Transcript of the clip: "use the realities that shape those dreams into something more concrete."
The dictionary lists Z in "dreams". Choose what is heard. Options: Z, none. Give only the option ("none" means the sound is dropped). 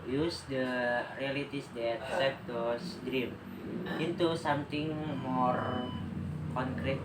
none